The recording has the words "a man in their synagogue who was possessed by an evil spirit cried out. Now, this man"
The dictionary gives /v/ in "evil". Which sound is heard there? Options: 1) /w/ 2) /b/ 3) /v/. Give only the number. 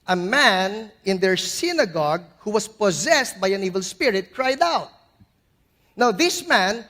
3